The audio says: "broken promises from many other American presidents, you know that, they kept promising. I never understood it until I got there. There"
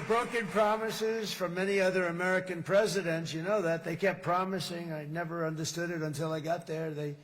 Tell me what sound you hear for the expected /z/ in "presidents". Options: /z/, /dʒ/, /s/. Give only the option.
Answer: /z/